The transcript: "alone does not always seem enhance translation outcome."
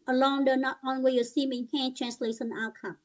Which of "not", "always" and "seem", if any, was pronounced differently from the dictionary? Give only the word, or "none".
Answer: always